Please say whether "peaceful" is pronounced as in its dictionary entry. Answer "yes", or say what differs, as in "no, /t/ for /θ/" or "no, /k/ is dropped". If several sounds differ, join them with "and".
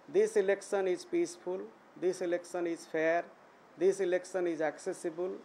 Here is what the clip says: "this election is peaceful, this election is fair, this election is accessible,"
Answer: no, /p/ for /f/